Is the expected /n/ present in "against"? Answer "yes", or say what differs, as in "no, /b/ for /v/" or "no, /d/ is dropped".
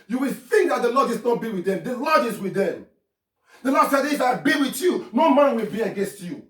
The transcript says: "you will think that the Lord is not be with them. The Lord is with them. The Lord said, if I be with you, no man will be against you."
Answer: yes